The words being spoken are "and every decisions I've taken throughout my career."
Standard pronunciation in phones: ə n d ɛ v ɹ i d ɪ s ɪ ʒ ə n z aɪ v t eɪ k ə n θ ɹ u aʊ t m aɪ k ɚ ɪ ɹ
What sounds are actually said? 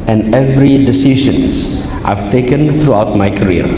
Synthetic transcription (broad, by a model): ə n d ɛ v ɹ i d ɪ s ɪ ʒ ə n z aɪ v t eɪ k ə n θ ɹ u aʊ t m aɪ k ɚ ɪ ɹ